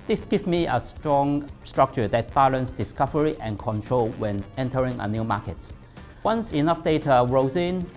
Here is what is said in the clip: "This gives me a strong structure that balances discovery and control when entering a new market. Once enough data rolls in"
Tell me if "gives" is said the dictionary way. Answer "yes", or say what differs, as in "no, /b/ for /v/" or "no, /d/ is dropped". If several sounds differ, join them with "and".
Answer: no, /z/ is dropped